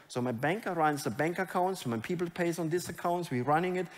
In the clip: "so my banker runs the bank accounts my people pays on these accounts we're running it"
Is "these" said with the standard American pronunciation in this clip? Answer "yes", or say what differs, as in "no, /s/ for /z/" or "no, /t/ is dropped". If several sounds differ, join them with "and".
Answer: no, /s/ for /z/